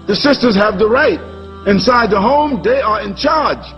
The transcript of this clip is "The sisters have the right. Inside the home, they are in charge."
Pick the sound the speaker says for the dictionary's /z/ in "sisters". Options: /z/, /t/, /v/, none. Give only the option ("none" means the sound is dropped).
/z/